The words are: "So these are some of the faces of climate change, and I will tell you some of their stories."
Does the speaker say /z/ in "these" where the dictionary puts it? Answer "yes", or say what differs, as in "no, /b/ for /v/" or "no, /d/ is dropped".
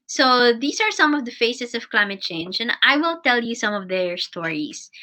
no, /s/ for /z/